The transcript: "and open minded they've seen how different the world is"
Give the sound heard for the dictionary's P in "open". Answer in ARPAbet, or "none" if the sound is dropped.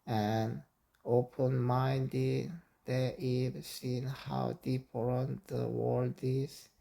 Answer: P